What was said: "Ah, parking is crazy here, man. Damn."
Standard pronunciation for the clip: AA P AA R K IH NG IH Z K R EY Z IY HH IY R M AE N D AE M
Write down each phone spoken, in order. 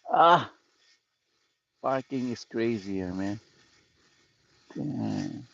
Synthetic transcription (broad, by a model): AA F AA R K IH NG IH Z K R EY Z IY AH R M AE N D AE